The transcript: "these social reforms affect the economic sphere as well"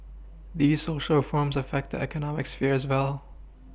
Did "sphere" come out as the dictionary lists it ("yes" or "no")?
yes